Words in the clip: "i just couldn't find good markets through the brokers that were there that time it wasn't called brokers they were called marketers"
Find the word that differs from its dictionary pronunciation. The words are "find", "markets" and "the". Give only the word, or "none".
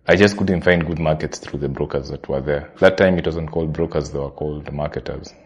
none